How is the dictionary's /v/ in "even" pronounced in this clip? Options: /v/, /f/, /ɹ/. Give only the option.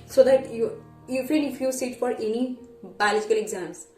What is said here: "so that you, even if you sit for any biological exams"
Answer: /f/